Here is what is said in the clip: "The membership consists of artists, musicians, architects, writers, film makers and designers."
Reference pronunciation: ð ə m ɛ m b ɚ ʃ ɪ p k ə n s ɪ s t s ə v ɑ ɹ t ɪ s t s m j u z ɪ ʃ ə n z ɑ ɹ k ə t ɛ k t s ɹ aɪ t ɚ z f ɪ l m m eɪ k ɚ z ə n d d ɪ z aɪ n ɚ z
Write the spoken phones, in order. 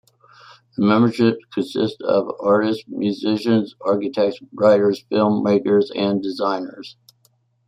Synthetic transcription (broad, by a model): ð ə m ɛ m b ɚ ʃ ɪ p k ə n s ɪ s t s ə v ɑ ɹ t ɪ s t m j u z ɪ ʃ ə n z ɑ ɹ k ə t ɛ k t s ɹ aɪ t ɚ z f ɪ l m m eɪ k ɚ z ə n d d ɪ z aɪ n ɚ z